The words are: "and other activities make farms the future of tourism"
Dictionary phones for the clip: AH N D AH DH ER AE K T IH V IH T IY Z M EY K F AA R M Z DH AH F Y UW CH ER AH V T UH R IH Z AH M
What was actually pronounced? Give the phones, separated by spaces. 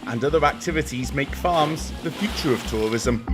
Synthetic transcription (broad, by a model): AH N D AH DH ER AE K T IH V IH T IY Z M EY K F AA M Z DH AH F Y UW CH ER AH V T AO R IH Z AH M